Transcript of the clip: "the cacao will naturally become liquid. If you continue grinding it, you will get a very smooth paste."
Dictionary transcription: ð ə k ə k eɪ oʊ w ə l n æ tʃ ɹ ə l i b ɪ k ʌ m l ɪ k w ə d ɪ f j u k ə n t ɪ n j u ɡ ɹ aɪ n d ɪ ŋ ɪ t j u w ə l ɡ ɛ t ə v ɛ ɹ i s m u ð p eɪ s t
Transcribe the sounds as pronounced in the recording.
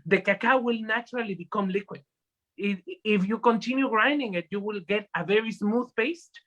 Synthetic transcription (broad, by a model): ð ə k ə k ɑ w ə l n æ tʃ ɹ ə l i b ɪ k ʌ m l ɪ k w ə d ɪ f j u k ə n t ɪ n j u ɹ aɪ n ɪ ŋ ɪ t j u w ə l ɡ ɛ t ə v ɛ ɹ i s m u ð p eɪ s t